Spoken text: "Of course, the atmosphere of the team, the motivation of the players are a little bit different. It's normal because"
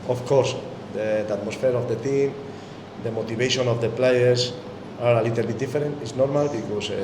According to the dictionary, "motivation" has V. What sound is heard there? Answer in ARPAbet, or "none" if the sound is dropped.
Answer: B